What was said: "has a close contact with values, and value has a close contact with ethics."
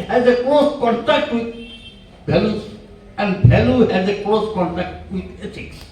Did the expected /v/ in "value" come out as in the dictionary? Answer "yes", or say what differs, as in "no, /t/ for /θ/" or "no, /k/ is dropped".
no, /b/ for /v/